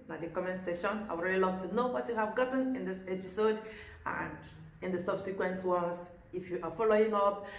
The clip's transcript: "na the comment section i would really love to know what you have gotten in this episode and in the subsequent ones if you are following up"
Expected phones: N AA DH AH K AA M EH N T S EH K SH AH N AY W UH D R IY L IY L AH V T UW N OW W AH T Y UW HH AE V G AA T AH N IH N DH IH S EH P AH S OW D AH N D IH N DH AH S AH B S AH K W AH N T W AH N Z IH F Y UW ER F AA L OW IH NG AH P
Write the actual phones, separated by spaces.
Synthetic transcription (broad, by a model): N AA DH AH K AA M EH N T S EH SH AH N AY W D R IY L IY L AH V T UW N OW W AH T Y UW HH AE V G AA T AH N IH N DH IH S EH P AH S OW D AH N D IH N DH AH S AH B S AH K W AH N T W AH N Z IH F Y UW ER F AA L OW IH NG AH P